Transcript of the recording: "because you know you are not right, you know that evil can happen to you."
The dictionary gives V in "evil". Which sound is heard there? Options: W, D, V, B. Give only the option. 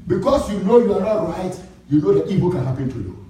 B